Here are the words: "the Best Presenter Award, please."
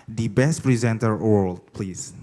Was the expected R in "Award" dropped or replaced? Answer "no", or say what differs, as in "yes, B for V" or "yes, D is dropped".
yes, L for R